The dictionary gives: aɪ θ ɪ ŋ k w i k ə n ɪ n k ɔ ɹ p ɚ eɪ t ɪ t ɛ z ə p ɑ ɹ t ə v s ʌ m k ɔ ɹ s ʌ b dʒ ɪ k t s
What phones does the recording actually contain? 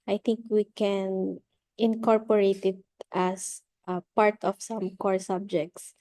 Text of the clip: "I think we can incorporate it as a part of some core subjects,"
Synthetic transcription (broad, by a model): aɪ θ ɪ ŋ k w i k ə n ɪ n k ɔ ɹ p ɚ eɪ t ɪ t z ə p ɑ ɹ t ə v s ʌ m k ɔ ɹ s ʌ b dʒ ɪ k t s